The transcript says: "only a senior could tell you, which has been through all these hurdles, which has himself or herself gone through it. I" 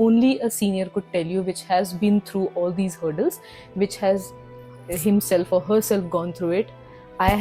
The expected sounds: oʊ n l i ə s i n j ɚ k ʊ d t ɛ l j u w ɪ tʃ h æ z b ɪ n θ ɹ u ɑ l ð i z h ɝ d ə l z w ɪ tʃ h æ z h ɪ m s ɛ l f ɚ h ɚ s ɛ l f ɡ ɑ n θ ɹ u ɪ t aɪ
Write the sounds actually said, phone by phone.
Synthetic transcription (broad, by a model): oʊ n l i ə s i n j ɚ k ʊ d t ɛ l j u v ɪ tʃ h æ z b ɪ n t ɹ u ɑ l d i z h ɝ d ə l z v ɪ tʃ h æ z h ɪ m s ɛ l f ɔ h ɚ s ɛ l f ɡ ɑ n t ɹ u ɪ t aɪ